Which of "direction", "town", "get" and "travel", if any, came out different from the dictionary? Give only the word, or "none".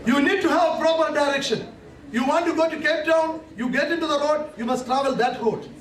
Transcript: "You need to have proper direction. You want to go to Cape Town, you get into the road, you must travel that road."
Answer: none